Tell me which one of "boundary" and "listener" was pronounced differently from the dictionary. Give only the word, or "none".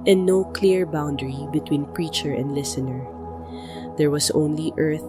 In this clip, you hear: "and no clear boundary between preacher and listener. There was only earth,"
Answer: none